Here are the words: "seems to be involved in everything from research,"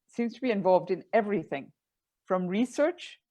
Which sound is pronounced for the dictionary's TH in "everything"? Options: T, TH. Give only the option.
TH